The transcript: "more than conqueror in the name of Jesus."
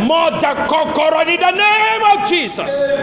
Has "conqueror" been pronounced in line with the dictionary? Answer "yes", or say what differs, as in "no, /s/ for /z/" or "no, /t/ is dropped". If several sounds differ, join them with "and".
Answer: no, /ŋ/ is dropped